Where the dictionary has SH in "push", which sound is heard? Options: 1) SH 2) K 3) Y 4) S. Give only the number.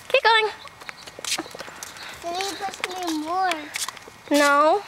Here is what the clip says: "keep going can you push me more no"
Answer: 4